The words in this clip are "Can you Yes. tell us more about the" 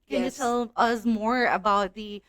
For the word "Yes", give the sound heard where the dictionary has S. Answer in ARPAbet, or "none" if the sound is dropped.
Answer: none